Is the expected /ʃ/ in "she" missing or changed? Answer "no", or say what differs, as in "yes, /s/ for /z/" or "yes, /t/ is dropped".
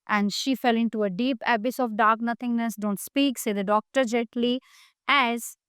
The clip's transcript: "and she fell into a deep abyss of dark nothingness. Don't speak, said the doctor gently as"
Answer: no